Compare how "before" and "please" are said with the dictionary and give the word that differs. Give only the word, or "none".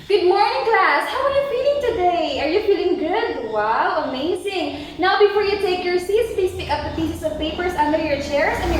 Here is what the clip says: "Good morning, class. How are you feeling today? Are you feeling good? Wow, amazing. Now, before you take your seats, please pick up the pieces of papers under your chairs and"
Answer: please